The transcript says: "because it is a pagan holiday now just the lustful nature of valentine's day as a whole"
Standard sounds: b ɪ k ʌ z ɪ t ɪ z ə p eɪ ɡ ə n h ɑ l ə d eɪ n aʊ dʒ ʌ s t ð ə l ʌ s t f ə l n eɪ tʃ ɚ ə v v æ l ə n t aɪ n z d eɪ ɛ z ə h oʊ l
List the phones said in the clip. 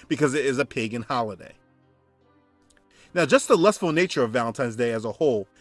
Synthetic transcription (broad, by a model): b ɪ k ʌ z ɪ t ɪ z ə p eɪ ɡ ə n h ɑ l ə d eɪ n aʊ dʒ ʌ s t ð ə l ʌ s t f l n eɪ tʃ ɚ ə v v æ l ə n t aɪ n z d eɪ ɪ z ə h oʊ l